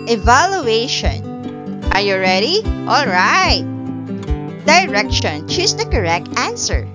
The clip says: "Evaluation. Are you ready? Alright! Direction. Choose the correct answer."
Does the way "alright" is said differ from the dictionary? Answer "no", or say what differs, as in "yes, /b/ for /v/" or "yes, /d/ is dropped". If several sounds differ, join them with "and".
no